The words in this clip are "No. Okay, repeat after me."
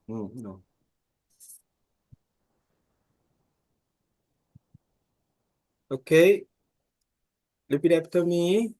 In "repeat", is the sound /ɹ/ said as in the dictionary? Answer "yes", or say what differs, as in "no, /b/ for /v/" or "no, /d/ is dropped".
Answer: no, /l/ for /ɹ/